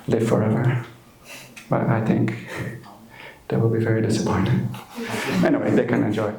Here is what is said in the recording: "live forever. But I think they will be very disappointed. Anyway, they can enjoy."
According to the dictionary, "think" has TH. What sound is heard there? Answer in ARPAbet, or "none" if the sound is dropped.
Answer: TH